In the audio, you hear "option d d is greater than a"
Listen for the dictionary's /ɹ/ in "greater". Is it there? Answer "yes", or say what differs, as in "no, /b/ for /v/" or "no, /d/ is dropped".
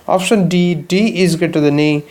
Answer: no, /ɹ/ is dropped